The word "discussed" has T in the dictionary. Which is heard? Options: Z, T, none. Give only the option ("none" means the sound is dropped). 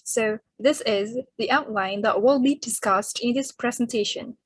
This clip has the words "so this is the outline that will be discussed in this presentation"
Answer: T